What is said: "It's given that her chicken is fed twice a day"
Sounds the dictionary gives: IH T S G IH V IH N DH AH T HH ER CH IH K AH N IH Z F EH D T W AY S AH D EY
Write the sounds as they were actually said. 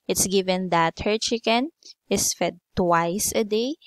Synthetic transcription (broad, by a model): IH T S G IH V IH N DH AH T HH ER CH IH K AH N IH S F EH D T W AY S AH D EY